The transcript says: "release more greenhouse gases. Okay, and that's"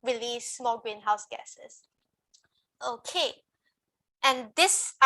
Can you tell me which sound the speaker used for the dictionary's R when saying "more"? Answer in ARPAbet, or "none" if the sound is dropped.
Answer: L